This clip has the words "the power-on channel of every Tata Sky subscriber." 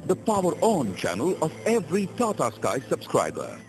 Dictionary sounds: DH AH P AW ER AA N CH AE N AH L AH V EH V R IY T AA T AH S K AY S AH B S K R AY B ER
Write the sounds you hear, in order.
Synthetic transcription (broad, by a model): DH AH P AW ER AA N CH AE N AH L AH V EH V R IY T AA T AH S K AY S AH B S K R AY B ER